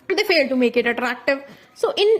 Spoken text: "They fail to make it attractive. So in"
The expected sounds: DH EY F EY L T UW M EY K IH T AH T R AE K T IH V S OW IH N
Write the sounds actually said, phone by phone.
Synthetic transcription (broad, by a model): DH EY F EY L T UW M EY K IH T AH T R AE K T IH V S OW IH N